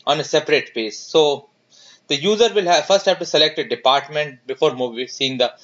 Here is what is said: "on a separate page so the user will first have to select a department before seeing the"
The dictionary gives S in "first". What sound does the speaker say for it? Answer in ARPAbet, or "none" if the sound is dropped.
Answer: S